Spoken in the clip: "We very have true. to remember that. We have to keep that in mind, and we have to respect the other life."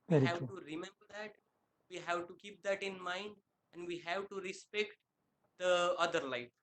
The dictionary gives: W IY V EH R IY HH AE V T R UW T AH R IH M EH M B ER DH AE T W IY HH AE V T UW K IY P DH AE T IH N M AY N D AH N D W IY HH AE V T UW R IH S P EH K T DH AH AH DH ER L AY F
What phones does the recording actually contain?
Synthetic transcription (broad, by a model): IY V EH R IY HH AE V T UW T R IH M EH M B ER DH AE T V IY HH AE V T UW K IY P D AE T IH N M AY N D AH N D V IY HH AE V T UW R IH S P EH K T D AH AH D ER L AY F